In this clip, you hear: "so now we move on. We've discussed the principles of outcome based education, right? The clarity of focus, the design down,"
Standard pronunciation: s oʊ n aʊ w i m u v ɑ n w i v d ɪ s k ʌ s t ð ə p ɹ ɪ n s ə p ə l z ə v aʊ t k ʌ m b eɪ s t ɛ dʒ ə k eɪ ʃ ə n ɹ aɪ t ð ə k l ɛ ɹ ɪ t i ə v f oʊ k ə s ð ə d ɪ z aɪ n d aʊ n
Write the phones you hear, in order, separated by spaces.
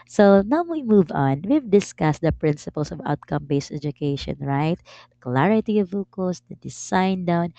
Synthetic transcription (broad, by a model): s oʊ n aʊ w i m u v ɑ n w i v d ɪ s k ʌ s t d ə p ɹ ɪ n s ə p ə l s ə v aʊ t k ʌ m b eɪ s t ɛ dʒ ə k eɪ ʃ ə n ɹ aɪ t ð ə k l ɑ ɹ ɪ t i ə v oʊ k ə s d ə d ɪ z aɪ n d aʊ n